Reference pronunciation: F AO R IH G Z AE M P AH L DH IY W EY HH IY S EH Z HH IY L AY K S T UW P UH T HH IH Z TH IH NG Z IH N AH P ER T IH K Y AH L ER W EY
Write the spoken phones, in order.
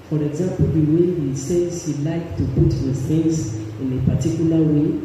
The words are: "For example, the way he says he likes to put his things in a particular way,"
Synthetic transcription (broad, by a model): F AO R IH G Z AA M P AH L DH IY W EY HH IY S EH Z HH IY L AY K T UW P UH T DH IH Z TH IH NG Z IH N AH P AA T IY K Y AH L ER W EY